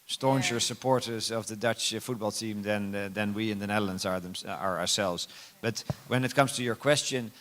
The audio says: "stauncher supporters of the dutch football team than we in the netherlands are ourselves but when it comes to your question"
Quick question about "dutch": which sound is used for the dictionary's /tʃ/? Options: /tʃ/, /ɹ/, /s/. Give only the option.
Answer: /tʃ/